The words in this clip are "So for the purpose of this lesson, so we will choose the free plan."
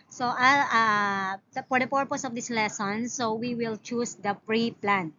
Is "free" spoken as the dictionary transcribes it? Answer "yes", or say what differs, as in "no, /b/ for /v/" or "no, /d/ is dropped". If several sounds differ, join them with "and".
no, /p/ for /f/